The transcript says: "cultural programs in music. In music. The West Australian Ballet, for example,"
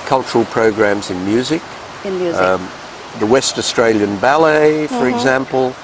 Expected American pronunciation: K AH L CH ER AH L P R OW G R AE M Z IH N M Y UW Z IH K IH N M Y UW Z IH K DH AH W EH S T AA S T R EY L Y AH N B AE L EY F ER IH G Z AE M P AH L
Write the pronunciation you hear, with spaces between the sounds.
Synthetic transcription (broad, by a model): K AH L CH ER L P R OW G R AE M Z IH N M Y UW Z IH K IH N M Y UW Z DH AH W EH S T AA S T R EY L Y AH N B AE L EY F ER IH G Z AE M P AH L